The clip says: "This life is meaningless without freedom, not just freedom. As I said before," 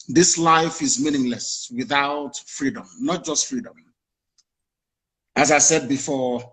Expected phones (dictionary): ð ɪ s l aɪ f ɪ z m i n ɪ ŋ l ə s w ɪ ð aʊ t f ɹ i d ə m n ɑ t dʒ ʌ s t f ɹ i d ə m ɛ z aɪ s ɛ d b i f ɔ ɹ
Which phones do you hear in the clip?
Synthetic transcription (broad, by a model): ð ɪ s l aɪ f ɪ z m i n ɪ ŋ l ə s w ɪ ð aʊ t f ɹ i d ə m n ɑ t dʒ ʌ s t f ɹ i d ə m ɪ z aɪ s ɛ d b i f ɔ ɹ